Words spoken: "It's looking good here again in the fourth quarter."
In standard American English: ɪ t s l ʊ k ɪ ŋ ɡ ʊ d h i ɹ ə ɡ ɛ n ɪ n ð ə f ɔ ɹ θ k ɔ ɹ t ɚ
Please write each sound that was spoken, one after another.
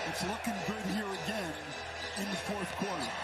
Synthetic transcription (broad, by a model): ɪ t s l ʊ k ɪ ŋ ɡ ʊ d h i ɹ ə ɡ ɛ n ɪ n ð ə f ɔ ɹ θ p ɔ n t